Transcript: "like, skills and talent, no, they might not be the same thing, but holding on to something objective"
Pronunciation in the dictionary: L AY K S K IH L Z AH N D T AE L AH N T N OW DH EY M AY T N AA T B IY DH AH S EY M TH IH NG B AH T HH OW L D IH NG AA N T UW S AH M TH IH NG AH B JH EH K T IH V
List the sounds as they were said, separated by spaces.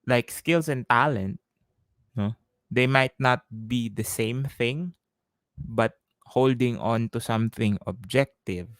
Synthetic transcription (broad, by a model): L AY K S K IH L S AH N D T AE L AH N T N OW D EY M AY T N AA T B IY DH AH S EY M TH IH NG B AH T HH OW L D IH NG AA N T UW S AH M TH IH NG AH B JH EH K T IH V